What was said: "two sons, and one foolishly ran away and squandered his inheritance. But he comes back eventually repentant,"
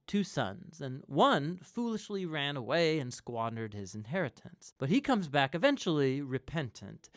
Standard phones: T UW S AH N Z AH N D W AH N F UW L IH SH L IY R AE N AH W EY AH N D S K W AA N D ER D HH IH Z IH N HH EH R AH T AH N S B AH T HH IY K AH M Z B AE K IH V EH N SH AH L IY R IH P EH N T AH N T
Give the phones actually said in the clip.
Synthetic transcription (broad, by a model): T UW S AH N Z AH N W AH N F UW L IH SH L IY R AE N AH W EY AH N S K W AA N D ER D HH IH Z IH N HH EH R AH T AH N S B AH T HH IY K AH M Z B AE K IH V EH N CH L IY R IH P EH N T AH N T